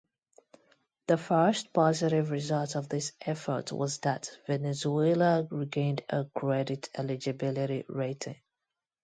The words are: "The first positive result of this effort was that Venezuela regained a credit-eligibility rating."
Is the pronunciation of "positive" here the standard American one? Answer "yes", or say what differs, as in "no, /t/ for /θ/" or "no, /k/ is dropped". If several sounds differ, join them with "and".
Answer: yes